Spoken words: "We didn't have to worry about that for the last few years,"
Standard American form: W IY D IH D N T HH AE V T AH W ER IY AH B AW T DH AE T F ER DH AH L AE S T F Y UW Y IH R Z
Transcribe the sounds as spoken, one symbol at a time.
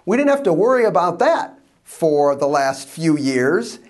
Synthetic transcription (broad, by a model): W IY D IH D N T HH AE F T AH W ER IY AH B AW T DH AE T F ER DH AH L AE S T F Y UW Y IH R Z